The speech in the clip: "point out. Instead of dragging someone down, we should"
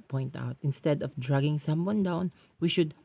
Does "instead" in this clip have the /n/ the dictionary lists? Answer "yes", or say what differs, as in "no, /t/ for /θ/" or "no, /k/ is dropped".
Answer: yes